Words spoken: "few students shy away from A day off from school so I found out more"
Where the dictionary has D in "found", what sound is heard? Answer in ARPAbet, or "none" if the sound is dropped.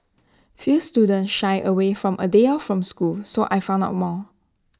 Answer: none